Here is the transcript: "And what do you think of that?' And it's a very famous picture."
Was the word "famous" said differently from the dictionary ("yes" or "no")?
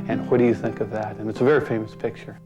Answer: no